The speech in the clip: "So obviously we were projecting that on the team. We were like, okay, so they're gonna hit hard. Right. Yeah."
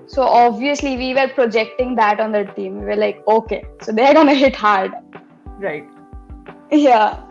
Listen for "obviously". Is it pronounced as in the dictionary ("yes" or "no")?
yes